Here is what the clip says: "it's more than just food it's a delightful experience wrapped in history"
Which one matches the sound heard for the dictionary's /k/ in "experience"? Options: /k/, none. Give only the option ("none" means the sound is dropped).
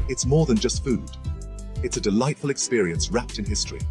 /k/